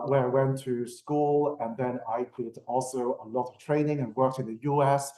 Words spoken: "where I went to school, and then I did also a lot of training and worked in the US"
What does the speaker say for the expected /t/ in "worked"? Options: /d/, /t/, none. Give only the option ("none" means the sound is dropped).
/t/